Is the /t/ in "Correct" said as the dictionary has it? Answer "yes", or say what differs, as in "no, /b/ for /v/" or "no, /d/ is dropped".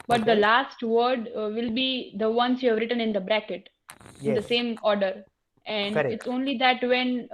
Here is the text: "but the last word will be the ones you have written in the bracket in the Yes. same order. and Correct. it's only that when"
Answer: no, /t/ is dropped